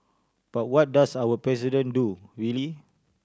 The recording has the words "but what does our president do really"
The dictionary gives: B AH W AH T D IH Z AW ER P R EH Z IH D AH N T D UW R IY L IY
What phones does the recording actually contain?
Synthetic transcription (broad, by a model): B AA W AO T D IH S AW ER P R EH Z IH D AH N D UW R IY L IY